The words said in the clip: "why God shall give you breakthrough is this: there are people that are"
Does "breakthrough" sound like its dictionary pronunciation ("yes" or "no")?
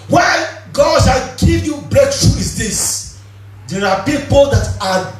no